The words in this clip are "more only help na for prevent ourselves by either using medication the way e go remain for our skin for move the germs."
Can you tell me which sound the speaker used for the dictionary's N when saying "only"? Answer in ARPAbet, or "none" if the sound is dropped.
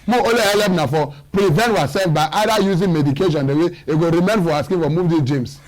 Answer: none